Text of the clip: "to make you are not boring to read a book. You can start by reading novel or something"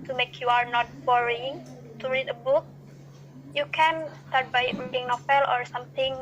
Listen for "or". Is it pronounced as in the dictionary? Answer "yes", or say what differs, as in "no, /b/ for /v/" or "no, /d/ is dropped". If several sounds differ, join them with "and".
yes